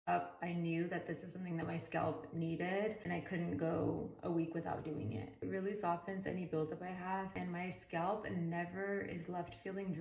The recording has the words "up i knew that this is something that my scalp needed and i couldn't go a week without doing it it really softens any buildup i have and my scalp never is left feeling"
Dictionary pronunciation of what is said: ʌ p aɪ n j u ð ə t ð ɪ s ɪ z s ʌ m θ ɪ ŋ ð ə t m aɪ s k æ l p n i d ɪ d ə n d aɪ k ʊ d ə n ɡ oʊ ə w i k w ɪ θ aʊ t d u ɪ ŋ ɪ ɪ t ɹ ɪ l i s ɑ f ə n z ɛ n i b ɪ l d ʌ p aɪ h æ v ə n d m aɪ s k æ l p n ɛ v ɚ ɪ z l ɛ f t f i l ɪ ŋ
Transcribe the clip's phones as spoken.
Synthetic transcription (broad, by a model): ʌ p aɪ n j u ð ə t ð ɪ s ɪ z s ʌ m θ ɪ ŋ ð ə t m aɪ s k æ l p n i d ɪ d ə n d aɪ k ʊ d n ɡ oʊ ə w i k w ɪ θ aʊ t d u ɪ ŋ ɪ ɪ t ɹ ɪ l i s ɑ f ə n z ɛ n i b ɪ l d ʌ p aɪ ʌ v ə n m aɪ s k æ l p n ɛ v ɚ ɪ z l ɛ f t f i l ɪ ŋ